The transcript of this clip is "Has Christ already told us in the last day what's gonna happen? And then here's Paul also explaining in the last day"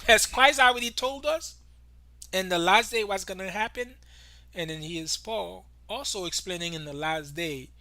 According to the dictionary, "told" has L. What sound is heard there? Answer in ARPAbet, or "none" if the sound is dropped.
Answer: L